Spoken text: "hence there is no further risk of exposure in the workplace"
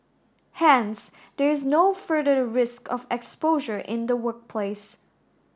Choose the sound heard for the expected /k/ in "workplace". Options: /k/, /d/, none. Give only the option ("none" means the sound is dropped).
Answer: /k/